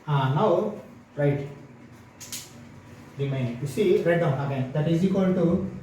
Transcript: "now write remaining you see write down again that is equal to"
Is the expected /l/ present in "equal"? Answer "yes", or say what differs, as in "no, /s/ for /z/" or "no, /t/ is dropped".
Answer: no, /n/ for /l/